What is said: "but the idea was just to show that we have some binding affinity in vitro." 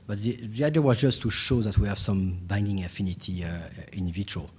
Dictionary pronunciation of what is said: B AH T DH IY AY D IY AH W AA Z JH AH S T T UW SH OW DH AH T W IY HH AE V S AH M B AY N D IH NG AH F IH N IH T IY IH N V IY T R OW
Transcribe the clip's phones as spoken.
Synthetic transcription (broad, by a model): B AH T DH IY AY D IY AH W AA Z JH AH S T T UW SH OW DH AH T W IY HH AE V S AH M B AY N D IH NG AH F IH N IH T IY IH N V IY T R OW